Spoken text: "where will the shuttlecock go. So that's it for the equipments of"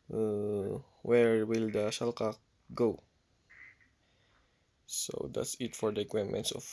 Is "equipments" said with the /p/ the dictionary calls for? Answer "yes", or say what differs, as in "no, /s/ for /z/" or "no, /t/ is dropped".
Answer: no, /p/ is dropped